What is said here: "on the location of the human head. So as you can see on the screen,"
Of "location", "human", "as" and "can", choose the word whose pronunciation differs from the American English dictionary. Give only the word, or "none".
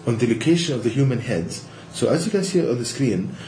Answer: none